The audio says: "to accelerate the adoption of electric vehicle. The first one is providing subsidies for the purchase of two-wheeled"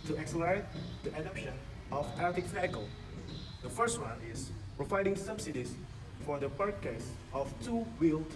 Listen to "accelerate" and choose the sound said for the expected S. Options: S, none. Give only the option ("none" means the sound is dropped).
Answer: S